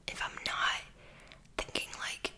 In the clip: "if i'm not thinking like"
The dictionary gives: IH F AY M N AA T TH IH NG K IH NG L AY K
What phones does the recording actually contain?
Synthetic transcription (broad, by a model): IH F AY M N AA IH TH IH NG K IH NG L AY K